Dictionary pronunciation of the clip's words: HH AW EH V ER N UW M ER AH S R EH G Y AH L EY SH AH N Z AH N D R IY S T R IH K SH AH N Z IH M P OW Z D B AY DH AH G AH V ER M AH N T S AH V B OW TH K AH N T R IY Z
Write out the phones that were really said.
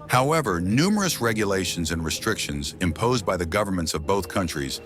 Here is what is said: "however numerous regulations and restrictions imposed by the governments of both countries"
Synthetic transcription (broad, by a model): HH AW EH V ER N UW M ER AH S R EH G Y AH L EY SH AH N Z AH N R IY S T R IH K SH AH N Z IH M P OW Z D B AY DH AH G AH V ER M AH N T S AH V B OW TH K AH N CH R IY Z